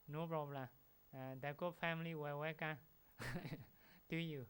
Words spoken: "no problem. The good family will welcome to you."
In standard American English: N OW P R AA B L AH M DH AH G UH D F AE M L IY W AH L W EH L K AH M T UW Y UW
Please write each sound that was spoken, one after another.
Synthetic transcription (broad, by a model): N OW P R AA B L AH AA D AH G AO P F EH M L IY W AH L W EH K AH T UW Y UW